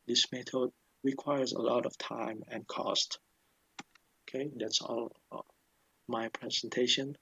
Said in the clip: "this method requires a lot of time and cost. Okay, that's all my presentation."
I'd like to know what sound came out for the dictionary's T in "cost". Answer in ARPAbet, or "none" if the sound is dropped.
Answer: T